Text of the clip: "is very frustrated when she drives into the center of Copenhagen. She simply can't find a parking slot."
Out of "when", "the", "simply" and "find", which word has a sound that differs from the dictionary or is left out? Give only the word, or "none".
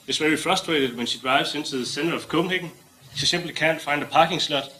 simply